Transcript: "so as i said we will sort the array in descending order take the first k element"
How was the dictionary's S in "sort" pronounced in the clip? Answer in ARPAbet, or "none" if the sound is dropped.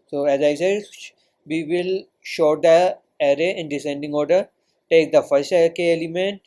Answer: SH